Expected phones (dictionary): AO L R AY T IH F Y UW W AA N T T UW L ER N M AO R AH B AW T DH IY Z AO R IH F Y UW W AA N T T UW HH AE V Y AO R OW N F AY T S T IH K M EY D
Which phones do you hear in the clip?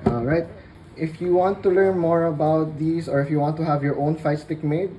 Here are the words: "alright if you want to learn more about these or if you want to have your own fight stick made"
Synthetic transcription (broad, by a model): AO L R AY T IH F Y UW W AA N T T UW L ER N M AO R AH B AW T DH IY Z AO R IH F Y UW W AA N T T UW HH AE V Y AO R OW N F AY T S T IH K M EY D